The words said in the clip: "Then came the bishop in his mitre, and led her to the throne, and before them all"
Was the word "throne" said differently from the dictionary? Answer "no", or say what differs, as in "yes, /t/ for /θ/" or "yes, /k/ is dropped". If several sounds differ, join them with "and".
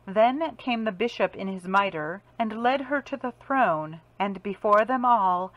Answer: no